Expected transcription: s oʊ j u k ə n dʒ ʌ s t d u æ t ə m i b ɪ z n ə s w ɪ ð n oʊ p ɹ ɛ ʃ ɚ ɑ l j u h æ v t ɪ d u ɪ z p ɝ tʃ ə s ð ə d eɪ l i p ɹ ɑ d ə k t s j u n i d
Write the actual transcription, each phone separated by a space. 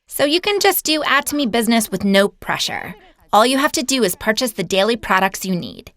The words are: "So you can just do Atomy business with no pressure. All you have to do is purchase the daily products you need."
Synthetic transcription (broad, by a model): s oʊ j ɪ k ə n dʒ ʌ s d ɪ æ t ə m i b ɪ z n ə s w ɪ ð n oʊ p ɹ ɛ ʃ ɚ ɑ l j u h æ f t ɪ d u ɪ z p ɝ tʃ ə s ð ə d eɪ l i p ɹ ɑ d ə k t s j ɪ n i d